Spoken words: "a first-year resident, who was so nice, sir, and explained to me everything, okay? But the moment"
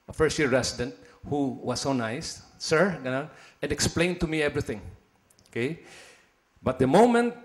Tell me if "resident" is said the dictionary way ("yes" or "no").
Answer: no